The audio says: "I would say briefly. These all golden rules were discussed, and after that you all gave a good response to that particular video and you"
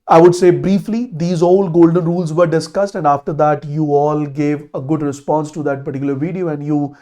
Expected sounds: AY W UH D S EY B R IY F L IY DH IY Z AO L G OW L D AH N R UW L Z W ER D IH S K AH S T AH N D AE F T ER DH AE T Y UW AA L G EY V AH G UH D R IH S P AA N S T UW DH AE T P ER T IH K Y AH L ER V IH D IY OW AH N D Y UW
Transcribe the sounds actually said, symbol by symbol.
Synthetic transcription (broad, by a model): AY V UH D S EY B R IY F L IY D IY Z AO L G OW L D AH N R UW L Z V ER D IH S K AH S T AH N D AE F T ER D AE T Y UW AA L G EY V AH G UH D R IH S P AA N S T UW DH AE T P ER T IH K Y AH L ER V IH D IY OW AH N D Y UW